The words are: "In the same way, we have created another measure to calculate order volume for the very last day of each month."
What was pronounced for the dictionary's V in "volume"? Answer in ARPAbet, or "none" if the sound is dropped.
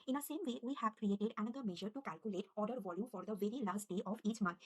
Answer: V